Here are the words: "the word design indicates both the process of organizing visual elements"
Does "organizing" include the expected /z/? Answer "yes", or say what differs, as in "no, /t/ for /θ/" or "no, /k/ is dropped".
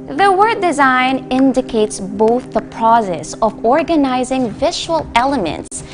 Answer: yes